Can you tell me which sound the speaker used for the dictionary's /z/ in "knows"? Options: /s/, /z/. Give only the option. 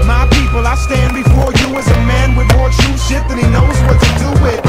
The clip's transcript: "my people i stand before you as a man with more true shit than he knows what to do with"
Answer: /z/